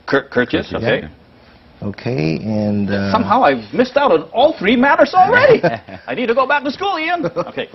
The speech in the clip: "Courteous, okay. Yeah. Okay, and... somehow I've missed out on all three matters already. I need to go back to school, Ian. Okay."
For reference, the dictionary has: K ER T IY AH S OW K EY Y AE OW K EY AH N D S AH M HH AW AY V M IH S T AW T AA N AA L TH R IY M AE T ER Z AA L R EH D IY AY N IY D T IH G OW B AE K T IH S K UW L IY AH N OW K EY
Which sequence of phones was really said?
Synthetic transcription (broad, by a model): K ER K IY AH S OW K EY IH OW K EY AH N S AH M HH AW AY V M IH S T AW T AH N AA L TH R IY M AE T ER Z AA L R EH D IY AY N IY D T IH G OW B AE K T IH S K UW L IY AH N OW K EY